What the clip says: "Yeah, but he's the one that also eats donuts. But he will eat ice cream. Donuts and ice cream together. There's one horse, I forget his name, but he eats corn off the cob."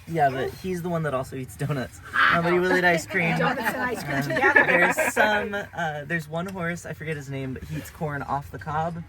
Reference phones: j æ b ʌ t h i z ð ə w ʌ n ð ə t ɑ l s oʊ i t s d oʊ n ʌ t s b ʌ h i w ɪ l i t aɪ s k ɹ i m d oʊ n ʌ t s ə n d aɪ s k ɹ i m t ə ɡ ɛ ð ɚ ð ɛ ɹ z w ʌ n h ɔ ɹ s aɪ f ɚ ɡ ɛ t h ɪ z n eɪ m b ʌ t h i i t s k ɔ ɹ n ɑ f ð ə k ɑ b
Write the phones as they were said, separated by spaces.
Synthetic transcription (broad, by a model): j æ b ʌ t h i z ð ə w ʌ n ð ə t ɑ l s oʊ i t s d oʊ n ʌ t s b ʌ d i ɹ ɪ l i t aɪ s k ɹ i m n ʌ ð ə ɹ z s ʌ m ə ð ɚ ɹ z w ʌ n h ɔ ɹ s aɪ f ɚ ɡ ɛ t h ɪ z n eɪ m b ʌ t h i i t s k ɔ ɹ n ɑ f ð ə k ɑ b